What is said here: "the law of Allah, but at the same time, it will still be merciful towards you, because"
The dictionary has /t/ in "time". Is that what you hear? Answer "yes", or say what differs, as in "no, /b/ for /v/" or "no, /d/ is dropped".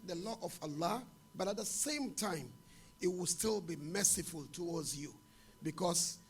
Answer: yes